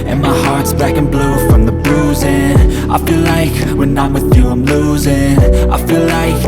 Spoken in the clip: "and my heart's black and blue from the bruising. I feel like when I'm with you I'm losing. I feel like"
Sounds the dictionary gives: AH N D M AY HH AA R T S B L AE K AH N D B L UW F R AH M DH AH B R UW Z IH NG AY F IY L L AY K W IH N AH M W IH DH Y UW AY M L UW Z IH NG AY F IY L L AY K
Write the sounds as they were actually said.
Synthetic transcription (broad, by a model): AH N M AY HH AA R T S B AE K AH N B L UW F R AH M DH AH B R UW Z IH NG AY F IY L L AY K W IH N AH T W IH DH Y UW AY M L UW Z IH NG AY F IY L L AY K